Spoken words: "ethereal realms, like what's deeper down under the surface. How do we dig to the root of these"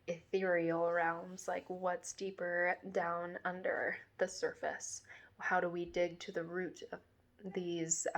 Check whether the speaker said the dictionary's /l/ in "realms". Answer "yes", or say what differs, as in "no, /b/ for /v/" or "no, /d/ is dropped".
yes